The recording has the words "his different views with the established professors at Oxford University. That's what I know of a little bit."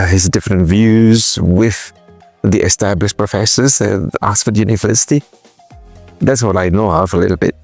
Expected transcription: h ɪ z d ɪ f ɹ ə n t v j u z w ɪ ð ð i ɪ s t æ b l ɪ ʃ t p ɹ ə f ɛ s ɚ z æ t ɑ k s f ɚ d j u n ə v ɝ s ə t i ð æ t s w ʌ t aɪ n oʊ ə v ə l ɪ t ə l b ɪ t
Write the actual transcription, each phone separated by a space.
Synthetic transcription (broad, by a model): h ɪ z d ɪ f ɹ ə n t v j u z w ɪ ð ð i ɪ s t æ b l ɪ ʃ p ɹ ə f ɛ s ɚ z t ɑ s f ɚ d j u n ə v ɝ s ə t i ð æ t s w ʌ t aɪ n oʊ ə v ə l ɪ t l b ɪ t